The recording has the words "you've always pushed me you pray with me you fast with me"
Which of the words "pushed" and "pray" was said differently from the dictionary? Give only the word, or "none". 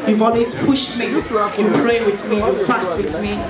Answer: none